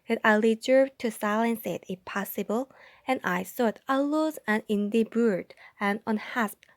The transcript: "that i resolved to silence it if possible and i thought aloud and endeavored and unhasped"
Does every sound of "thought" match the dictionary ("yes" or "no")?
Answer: no